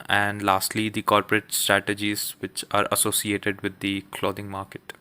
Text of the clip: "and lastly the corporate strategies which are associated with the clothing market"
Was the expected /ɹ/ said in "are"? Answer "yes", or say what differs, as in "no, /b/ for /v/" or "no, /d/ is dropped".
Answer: yes